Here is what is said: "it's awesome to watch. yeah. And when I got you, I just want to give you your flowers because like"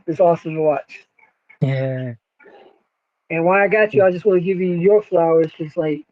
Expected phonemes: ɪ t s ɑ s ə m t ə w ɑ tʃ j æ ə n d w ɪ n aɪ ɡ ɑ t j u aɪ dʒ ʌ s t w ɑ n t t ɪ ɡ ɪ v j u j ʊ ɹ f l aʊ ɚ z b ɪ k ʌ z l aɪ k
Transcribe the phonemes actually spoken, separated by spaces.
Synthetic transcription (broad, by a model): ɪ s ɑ s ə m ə w ɑ tʃ j æ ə n w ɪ aɪ ɡ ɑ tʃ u aɪ dʒ ʌ s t w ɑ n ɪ ɡ ɪ v j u j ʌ ɹ f l aʊ ɚ z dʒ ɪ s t l aɪ k